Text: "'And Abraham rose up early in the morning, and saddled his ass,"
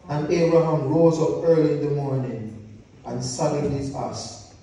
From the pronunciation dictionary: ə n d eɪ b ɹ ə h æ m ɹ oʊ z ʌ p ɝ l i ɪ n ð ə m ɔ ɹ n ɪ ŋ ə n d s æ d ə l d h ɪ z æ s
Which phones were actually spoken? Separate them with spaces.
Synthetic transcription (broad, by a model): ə n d eɪ b ɹ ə h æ m ɹ oʊ z ʌ p ɝ l i ɪ n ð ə m ɔ ɹ n ɪ ŋ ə n s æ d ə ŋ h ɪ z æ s